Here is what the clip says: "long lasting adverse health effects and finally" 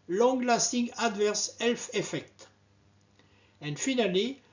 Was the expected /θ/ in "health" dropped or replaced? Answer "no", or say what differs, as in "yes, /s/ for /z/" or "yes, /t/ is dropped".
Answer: yes, /f/ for /θ/